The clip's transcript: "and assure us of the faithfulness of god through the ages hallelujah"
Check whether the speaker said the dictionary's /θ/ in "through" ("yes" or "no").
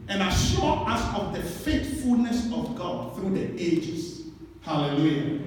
yes